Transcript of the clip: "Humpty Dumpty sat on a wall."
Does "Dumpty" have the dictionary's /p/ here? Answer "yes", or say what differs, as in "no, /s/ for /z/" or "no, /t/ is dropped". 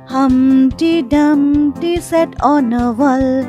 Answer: no, /p/ is dropped